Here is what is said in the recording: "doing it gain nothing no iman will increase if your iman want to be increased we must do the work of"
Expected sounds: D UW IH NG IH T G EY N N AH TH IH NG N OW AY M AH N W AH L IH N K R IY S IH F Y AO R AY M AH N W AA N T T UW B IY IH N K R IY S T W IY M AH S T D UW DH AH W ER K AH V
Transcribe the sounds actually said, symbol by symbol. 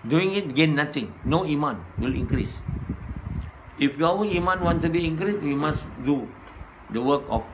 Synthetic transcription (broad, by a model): D UW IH NG IH T G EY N N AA T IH NG N OW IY M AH N W AH L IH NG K R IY S IH F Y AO W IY M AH N W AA N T T UW B IY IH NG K R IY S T W IY M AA S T D UW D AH W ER K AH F